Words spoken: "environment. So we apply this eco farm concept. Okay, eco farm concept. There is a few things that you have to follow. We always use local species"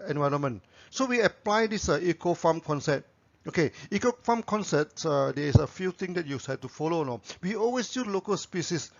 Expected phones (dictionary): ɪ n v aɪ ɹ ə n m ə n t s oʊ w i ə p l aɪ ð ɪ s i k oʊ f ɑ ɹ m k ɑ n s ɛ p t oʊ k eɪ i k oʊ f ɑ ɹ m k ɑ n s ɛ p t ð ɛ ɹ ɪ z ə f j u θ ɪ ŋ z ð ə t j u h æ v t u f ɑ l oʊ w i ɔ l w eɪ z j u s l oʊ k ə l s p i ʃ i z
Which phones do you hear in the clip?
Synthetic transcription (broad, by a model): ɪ n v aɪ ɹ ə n m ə n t s oʊ w i ə p l aɪ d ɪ s i k oʊ f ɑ m k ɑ n s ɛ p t oʊ k eɪ i k oʊ f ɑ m k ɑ n s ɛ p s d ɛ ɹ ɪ s ə f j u t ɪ ŋ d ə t j u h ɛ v t u f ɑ l oʊ w i ɔ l w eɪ s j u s l oʊ k ə l s p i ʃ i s